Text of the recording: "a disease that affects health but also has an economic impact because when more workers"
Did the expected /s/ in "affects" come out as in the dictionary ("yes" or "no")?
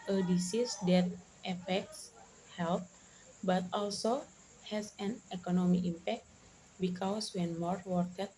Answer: yes